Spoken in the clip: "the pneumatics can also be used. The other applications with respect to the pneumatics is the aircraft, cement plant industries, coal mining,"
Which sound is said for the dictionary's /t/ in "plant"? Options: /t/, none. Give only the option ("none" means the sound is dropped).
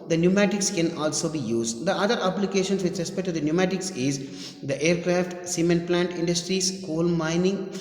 /t/